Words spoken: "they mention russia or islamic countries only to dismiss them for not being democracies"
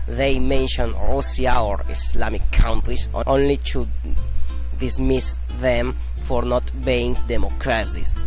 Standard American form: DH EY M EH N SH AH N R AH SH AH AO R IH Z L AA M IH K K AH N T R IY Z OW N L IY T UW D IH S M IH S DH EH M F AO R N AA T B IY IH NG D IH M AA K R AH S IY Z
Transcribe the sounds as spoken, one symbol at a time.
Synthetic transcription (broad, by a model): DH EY M EH N SH AH N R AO S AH AO R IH S L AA M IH K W N T R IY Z OW N L IY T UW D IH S M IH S DH EH M F AO R N AA T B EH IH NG D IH M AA K R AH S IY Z